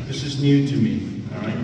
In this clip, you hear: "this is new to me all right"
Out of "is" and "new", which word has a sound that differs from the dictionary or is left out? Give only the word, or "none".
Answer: none